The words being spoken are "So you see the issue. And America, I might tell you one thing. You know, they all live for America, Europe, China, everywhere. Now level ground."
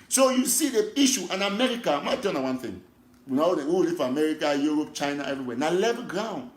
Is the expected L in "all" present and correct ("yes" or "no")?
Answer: no